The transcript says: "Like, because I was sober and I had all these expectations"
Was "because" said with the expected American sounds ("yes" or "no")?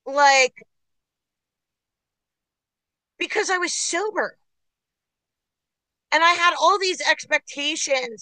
yes